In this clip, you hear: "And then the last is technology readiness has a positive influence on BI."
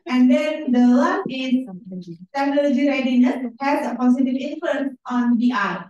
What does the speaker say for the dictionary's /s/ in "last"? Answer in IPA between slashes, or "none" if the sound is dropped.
none